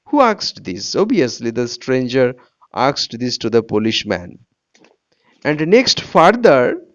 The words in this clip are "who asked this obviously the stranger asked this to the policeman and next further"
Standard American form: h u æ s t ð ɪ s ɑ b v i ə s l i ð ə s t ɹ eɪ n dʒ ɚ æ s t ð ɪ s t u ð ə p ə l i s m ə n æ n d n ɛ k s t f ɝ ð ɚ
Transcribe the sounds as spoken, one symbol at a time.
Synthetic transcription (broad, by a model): h u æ s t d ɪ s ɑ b i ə s l i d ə s t ɹ eɪ n dʒ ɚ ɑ s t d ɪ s t u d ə p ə l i ʃ m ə n æ n d n ɛ k s t f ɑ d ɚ